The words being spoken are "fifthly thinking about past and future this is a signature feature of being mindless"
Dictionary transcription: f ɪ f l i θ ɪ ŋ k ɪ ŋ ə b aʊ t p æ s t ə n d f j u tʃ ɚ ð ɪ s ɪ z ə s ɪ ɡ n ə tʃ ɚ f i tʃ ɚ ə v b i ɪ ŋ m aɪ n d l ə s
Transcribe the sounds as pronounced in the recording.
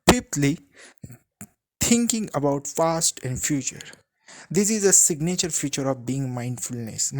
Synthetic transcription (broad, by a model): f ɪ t l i t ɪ ŋ k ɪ ŋ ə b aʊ t f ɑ s t ə n d f j u tʃ ɚ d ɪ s ɪ z ə s ɪ ɡ n ə tʃ ɚ f i tʃ ɚ ə v b i ɪ ŋ m aɪ n d l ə s